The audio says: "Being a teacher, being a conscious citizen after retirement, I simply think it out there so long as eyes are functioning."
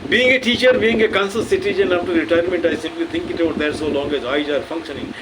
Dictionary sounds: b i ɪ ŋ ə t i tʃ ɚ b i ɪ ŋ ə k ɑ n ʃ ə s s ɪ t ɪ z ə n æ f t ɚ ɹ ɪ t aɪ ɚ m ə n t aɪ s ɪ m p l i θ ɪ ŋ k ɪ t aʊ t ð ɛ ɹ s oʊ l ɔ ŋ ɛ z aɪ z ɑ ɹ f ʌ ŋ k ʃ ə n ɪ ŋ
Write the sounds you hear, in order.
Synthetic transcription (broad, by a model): b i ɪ ŋ ə t i tʃ ɚ b i ɪ ŋ ə k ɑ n s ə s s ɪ t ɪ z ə n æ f t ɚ ɹ ɪ t aɪ ɚ m ə n t aɪ s ɪ m p l i t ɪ ŋ k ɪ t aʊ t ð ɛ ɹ s oʊ l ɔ ŋ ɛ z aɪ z ɑ ɹ f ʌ ŋ k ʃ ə n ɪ ŋ